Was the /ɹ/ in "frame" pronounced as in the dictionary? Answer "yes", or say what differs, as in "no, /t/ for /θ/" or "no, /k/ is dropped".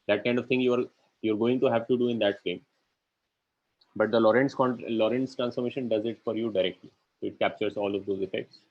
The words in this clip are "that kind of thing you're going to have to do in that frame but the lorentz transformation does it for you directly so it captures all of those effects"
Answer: no, /ɹ/ is dropped